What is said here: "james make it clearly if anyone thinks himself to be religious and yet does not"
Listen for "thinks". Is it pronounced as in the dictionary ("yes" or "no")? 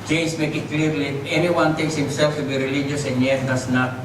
no